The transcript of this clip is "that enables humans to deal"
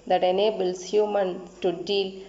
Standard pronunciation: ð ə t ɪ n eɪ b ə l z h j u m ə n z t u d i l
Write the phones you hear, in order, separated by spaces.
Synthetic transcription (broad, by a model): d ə t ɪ n eɪ b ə l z h j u m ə n t u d i l